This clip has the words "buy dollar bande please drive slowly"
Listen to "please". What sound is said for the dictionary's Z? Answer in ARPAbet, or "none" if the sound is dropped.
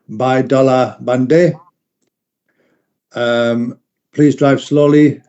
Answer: Z